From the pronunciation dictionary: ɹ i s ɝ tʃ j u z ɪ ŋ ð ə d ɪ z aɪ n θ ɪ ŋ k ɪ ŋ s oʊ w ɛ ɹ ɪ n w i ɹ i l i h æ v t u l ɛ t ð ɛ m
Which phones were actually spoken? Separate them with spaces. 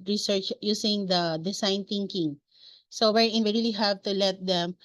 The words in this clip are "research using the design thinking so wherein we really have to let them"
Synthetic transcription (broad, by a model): ɹ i s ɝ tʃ j u s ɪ ŋ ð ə d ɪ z aɪ n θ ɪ ŋ k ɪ ŋ s oʊ w ɛ ɹ ɪ n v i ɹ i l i h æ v t u l ɛ t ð ɛ m